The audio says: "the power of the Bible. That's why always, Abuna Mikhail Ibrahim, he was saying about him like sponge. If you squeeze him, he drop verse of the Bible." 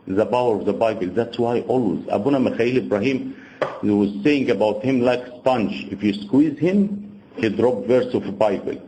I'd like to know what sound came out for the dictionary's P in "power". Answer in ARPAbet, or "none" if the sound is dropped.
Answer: B